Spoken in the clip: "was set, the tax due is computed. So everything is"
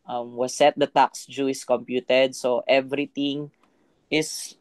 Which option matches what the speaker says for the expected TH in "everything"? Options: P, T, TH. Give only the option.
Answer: T